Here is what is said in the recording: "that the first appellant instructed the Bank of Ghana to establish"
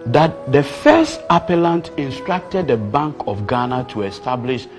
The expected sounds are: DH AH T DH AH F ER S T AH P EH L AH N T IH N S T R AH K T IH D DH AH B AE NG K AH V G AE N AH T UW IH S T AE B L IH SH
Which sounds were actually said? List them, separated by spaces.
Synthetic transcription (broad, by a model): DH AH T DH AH F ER S T AH P EH L AH N T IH N S T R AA K T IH D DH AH B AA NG K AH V G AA N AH T UW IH S T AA B L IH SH